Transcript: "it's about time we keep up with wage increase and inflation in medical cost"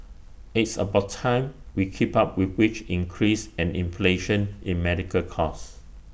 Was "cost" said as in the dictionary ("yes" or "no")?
no